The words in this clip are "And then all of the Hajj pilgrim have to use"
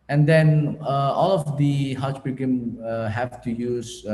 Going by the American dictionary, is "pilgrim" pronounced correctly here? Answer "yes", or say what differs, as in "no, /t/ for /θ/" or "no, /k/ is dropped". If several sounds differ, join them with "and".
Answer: no, /l/ is dropped and /ɹ/ is dropped